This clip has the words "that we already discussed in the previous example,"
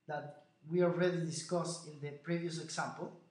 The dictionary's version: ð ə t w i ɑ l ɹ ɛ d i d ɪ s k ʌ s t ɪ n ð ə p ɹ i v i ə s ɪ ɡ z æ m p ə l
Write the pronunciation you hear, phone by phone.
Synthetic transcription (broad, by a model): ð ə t w i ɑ l ɹ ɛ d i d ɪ s k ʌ s ɪ n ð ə p ɹ i v i ə s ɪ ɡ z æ m p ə l